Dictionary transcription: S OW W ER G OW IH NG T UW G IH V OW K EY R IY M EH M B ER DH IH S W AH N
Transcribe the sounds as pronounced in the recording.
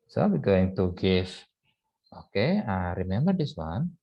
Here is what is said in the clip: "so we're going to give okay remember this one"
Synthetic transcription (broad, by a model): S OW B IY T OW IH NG T UW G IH F OW K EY R IY M EH M B ER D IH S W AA N